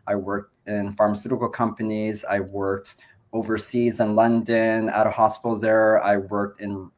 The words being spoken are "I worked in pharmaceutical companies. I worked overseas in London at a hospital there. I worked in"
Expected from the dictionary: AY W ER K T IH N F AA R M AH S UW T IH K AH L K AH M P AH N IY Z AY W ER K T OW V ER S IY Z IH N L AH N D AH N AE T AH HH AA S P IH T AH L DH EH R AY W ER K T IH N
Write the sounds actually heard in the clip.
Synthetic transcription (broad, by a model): AY W ER K T IH N F AA R M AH S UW T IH K L K AH M P AH N IY Z AY W ER K T OW V ER S IY Z IH N L AH N D AH N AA T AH HH AA S P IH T L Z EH R AY W ER K T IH N